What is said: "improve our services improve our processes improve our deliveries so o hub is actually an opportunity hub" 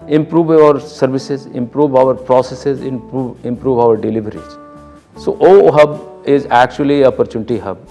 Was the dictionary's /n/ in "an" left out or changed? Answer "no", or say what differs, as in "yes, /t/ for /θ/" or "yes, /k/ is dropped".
yes, /l/ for /n/